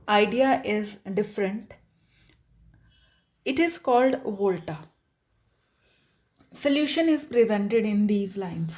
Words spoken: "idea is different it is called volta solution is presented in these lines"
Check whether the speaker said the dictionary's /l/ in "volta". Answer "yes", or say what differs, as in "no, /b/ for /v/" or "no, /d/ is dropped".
yes